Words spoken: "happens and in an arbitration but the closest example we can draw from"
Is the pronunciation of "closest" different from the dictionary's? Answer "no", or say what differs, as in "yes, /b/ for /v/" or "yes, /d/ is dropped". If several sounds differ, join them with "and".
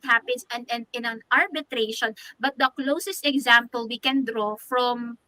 no